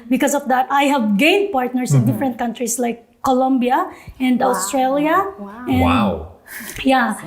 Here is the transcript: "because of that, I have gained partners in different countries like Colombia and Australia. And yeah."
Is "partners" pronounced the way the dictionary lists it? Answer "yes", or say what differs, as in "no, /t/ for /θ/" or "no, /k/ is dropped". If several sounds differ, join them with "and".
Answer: no, /s/ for /z/